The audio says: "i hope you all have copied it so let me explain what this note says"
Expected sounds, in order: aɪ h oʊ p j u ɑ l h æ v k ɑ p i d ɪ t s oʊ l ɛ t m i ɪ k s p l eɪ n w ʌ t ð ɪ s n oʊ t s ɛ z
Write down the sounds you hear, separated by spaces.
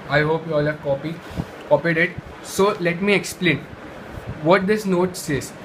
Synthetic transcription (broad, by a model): aɪ h oʊ p j u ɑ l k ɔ p k ɑ p i d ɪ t s oʊ l ɛ t m i ɪ k s p l eɪ n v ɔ t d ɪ s n oʊ t s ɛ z